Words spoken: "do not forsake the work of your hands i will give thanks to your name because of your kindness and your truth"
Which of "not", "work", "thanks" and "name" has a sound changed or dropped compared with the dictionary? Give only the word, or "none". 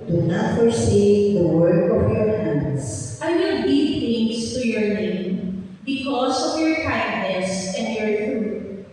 thanks